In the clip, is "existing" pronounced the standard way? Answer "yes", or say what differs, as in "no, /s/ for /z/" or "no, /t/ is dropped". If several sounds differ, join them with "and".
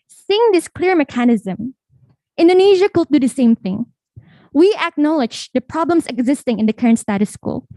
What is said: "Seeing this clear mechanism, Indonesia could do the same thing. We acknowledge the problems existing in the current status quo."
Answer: yes